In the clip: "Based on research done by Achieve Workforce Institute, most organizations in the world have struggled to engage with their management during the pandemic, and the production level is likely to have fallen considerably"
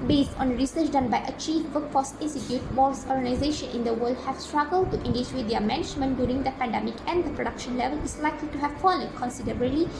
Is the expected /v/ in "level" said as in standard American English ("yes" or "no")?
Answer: yes